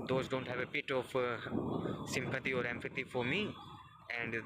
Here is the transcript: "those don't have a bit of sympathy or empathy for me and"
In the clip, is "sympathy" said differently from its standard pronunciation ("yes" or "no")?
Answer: yes